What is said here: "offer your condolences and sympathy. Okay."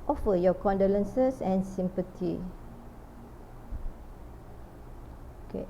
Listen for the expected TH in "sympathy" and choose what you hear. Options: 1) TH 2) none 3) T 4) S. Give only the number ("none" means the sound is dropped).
3